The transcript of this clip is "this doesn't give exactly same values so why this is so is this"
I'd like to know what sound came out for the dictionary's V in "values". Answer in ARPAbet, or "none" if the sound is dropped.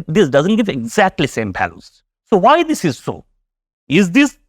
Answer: P